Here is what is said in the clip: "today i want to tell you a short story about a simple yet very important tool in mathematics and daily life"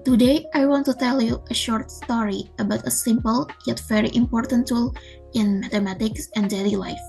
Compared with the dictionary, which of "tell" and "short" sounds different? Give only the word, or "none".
none